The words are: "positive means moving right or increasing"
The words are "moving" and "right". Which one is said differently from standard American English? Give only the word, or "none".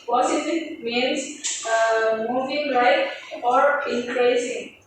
right